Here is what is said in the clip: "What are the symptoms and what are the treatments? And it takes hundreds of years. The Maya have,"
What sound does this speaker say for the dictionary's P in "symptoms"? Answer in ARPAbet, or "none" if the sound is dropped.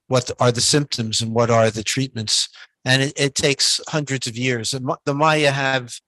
P